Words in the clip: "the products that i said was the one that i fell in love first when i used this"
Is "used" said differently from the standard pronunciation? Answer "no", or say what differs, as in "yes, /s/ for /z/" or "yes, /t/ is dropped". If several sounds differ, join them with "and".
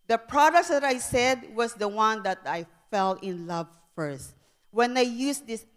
yes, /s/ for /z/